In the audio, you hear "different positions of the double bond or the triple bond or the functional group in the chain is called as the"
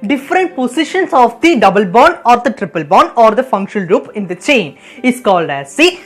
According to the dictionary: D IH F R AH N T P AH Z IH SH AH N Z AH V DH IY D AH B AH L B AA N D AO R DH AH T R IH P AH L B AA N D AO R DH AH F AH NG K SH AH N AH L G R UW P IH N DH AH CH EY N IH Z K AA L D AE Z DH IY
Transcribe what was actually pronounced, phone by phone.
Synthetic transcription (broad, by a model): D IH F R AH N T P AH S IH SH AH N S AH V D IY D AH B AH L B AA N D AO R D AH T R IH P AH L B AA N D AO R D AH F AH NG K SH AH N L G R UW P IH N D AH CH EY N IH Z K AA L D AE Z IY